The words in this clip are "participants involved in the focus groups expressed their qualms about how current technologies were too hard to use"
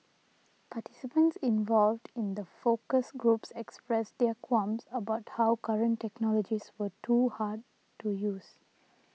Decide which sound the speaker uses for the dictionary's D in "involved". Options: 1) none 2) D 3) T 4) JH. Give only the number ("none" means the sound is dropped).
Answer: 2